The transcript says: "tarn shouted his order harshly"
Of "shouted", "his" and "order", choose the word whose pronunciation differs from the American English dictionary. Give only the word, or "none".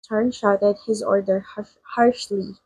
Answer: none